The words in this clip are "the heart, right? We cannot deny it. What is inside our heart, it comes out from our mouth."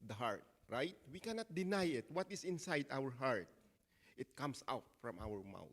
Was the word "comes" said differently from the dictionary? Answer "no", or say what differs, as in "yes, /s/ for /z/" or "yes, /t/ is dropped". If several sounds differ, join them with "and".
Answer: yes, /s/ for /z/